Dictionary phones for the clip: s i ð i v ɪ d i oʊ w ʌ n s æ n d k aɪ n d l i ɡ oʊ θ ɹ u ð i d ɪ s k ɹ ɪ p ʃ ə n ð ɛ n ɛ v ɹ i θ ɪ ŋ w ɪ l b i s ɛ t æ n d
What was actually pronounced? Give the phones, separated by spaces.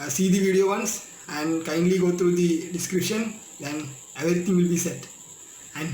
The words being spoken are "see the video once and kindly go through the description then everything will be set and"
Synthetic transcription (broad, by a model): s i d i v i d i oʊ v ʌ n s æ n d k aɪ n d l i ɡ oʊ t ɹ u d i d ɪ s k ɹ ɪ p ʃ ə n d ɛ n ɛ v ɹ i t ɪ ŋ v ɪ l b i s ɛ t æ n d